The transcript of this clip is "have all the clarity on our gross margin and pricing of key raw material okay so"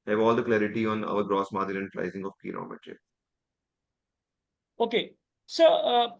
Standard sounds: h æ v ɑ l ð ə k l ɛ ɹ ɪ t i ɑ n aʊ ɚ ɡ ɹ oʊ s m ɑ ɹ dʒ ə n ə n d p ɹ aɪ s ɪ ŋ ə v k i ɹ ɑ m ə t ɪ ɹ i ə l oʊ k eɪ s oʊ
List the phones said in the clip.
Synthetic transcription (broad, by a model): h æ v ɑ l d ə k l ɛ ɹ ɪ t i ɑ n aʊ ɚ ɡ ɹ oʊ s m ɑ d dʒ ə l ə n d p ɹ aɪ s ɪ ŋ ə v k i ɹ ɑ m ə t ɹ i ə oʊ k eɪ s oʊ